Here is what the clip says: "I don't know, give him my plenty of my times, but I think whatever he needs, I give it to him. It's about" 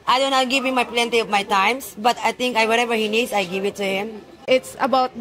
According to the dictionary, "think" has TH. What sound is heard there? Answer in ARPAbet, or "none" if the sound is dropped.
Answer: T